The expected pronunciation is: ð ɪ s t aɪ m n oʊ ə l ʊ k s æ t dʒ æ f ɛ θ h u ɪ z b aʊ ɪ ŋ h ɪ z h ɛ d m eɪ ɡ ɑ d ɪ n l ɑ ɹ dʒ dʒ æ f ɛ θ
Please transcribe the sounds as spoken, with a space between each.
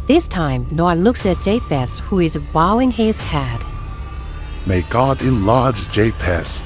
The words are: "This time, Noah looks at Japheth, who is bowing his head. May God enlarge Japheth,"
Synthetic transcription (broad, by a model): ð ɪ s t aɪ m n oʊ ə l ʊ k s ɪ t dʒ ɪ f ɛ s h u ɪ z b aʊ ɪ ŋ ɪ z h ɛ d m eɪ ɡ ɑ d ɪ n l ɑ ɹ dʒ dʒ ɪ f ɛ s